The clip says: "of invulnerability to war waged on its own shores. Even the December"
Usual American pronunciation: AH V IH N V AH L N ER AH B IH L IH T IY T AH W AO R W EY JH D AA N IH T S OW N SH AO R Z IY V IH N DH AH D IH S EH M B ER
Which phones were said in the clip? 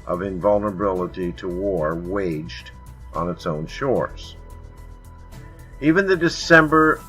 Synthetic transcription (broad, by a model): AH V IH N V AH L N ER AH B IH L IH T IY T AH W AO R W EY JH D N IH T S OW N SH AO R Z IY V IH N DH AH D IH S EH M B ER